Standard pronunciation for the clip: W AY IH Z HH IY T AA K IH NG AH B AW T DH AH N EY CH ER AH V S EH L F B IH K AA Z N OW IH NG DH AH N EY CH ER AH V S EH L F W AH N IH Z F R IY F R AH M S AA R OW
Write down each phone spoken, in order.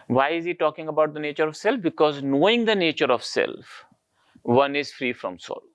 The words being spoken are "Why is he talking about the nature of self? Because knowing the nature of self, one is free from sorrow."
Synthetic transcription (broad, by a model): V AY IH Z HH IY T AA K IH NG AH B AW T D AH N EY CH ER AH V S EH L F B IH K AA Z N OW IH NG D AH N EY CH ER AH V S EH L F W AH N IH Z F R IY F R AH M S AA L